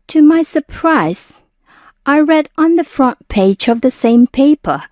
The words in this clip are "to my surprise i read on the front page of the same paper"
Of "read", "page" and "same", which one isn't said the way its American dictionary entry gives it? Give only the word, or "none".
none